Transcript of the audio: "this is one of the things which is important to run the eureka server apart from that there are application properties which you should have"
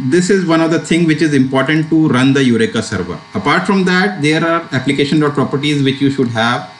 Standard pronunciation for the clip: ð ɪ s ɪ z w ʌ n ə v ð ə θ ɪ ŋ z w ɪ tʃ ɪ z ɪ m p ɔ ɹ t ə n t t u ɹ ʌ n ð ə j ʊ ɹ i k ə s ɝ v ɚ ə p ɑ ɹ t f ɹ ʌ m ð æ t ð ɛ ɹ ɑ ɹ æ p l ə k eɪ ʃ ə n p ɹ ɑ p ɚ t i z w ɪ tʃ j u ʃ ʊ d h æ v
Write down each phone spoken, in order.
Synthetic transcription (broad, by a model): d ɪ s ɪ z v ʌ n ə v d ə t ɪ ŋ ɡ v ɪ tʃ ɪ z ɪ m p ɔ ɹ t ə n t t u ɹ ʌ n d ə j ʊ ɹ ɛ k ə s ɝ v ɚ ə p ɑ ɹ t f ɹ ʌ m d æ t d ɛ ɹ ɑ ɹ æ p l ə k eɪ ʃ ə n p ɹ ɑ p ɚ t i z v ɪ tʃ j u ʃ ʊ d h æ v